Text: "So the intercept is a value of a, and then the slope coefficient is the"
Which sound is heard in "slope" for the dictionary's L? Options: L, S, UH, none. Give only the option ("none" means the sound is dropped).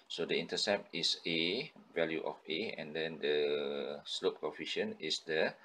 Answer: L